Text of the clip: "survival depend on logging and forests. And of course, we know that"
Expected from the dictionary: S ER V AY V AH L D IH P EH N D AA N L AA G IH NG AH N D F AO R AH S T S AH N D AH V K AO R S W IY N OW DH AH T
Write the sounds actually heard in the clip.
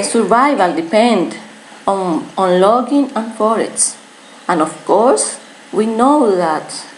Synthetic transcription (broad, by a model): S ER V AY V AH L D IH P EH N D AA N L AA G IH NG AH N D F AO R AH T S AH N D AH F K AO R S W IY N OW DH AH T